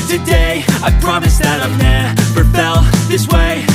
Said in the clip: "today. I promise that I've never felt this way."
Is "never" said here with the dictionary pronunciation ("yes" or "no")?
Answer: no